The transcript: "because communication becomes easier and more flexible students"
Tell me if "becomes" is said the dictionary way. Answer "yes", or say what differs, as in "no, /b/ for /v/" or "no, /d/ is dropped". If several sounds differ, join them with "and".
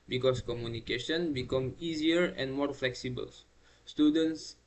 no, /z/ is dropped